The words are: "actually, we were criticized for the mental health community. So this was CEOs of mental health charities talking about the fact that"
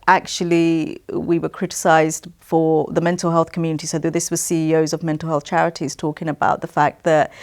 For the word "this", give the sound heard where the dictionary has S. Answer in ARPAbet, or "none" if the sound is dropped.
S